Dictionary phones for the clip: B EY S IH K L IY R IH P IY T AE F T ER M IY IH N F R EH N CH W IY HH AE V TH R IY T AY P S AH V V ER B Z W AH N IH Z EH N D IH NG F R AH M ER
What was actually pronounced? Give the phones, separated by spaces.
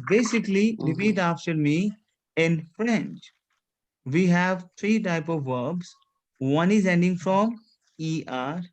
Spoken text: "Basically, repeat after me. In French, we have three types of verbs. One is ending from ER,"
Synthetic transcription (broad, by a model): B EY S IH K L IY R IH P IY T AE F T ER M IY IH N F R EH N CH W IY HH AE V T R IY T AY P AH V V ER B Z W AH N IH Z EH N D IH NG F R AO M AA